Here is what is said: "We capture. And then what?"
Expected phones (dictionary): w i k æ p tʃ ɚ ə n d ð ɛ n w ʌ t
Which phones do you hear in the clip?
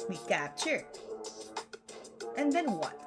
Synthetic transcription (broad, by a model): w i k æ tʃ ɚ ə n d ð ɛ n w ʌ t